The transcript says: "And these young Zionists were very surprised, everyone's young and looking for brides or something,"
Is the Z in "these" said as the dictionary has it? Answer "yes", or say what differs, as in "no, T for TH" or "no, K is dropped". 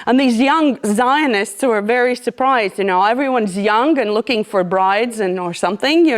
yes